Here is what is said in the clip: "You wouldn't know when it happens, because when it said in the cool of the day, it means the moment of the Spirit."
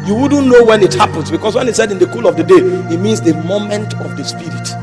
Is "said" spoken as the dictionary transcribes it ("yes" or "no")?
yes